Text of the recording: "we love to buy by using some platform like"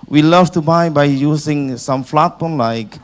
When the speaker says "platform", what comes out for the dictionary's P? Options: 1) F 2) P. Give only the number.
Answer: 1